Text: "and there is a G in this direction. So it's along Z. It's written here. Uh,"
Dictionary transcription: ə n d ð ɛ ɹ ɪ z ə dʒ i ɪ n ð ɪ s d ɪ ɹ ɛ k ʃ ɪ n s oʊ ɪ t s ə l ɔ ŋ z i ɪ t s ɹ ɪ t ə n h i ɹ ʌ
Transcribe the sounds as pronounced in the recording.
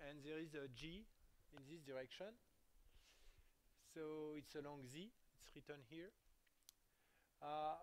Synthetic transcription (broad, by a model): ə n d ð ɛ ɹ ɪ z ə dʒ i ɪ n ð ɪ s d ɪ ɹ ɛ k ʃ ɪ n s oʊ ɪ t s ə l ɔ ŋ z i ɪ t s ɹ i t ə n h i ɹ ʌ